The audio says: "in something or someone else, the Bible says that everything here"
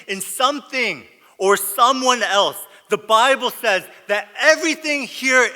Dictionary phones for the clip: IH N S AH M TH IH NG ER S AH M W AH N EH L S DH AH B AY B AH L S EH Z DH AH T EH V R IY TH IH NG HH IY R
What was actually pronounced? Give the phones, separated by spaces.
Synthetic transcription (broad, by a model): IH N S AH M TH IH NG ER S AH M W AH N EH L S DH AH B AY B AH L S EH Z DH AH T EH V R IY TH IH NG HH IY R